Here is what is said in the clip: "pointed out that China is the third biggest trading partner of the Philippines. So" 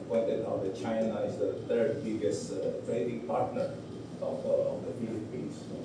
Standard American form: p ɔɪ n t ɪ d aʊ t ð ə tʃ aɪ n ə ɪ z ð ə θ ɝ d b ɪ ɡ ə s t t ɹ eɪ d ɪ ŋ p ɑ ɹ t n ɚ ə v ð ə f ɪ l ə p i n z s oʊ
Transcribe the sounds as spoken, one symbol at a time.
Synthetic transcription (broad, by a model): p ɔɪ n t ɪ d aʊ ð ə tʃ aɪ n ə ɪ z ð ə t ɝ d b ɪ ɡ ə s t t ɹ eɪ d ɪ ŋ p ɑ ɹ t n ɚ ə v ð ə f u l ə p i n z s